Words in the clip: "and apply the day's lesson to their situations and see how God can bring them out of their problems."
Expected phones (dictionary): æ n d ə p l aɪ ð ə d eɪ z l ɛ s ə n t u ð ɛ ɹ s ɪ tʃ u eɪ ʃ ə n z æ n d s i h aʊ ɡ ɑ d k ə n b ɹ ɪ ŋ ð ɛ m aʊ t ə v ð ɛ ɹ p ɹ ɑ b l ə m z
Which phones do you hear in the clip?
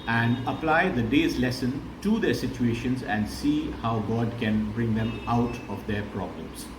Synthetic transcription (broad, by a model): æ n d ə p l aɪ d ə d eɪ z l ɛ s ə n t u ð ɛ ɹ s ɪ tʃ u eɪ ʃ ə n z æ n d s i h aʊ ɡ ɑ d k ə n b ɹ ɪ ŋ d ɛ m aʊ t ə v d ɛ ɹ p ɹ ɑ b l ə m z